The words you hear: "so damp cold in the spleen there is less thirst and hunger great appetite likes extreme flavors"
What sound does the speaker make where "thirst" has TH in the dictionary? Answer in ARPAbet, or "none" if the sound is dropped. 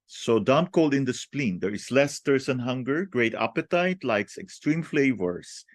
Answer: T